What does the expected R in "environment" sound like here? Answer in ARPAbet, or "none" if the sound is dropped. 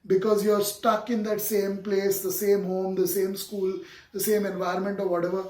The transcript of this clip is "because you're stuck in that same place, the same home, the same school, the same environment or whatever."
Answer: R